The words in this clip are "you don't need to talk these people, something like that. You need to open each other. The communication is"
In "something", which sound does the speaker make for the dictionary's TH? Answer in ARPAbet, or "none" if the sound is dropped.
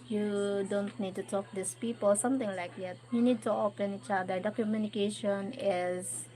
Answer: T